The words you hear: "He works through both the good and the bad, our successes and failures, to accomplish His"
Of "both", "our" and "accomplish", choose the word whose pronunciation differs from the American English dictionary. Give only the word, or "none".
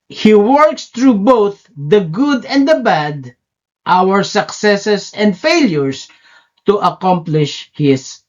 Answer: none